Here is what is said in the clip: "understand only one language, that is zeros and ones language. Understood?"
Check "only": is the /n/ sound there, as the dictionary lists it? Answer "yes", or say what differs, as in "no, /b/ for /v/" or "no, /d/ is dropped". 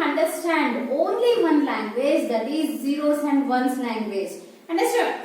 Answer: yes